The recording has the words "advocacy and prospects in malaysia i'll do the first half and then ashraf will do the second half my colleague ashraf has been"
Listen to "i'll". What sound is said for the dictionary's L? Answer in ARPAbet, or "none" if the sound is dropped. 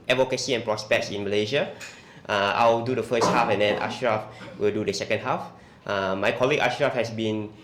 W